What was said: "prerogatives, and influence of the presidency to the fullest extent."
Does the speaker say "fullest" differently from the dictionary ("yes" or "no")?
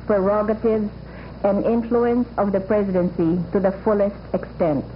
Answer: no